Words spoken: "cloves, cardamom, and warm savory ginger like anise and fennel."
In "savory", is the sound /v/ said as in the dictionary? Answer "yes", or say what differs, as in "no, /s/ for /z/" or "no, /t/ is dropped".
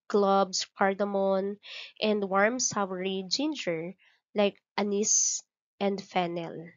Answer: no, /w/ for /v/